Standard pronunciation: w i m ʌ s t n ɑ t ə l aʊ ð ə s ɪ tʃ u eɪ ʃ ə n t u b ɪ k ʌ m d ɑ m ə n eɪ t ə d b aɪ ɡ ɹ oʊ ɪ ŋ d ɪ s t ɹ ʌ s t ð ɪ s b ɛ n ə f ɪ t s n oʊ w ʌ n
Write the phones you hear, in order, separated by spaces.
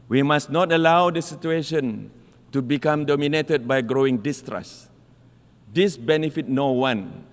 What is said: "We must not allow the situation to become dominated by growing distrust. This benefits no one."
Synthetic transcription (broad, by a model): w i m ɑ s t n ɑ t ə l aʊ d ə s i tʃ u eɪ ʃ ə n t u b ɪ k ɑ m d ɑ m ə n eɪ t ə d b aɪ ɡ ɹ oʊ ɪ ŋ d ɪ s t ɹ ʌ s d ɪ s b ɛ n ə f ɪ t n oʊ w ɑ n